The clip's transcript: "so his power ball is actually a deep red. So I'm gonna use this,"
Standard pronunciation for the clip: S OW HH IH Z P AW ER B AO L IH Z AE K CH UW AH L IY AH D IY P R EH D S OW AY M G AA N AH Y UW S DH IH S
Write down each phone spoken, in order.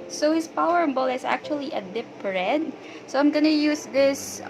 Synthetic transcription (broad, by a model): S OW HH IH S P AW ER B AO L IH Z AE K CH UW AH L IY AH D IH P R EH D S OW AY M G AA N AH Y UW S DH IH S